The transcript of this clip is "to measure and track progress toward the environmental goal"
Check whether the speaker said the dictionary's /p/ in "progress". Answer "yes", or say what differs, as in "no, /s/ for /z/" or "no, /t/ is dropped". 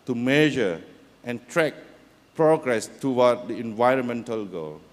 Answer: yes